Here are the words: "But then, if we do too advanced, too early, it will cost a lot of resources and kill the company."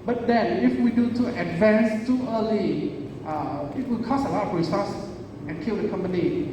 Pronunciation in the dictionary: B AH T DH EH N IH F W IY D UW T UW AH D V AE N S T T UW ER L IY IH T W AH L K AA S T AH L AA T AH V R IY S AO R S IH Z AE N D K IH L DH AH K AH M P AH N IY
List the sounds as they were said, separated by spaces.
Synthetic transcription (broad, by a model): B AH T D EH N IH F W IY D UW T UW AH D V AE N S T T UW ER L IY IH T W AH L K AA S AH L AA T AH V R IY S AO S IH N K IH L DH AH K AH M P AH N IY